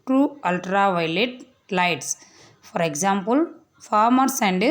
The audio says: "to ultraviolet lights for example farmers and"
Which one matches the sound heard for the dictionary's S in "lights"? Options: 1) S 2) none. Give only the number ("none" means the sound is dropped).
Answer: 1